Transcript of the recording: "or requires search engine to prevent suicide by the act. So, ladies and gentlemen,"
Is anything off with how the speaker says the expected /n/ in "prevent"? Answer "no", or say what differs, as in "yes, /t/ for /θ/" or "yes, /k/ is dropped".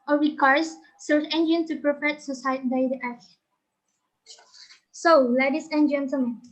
yes, /n/ is dropped